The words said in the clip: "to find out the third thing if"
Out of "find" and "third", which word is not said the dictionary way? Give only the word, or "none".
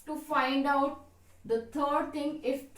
third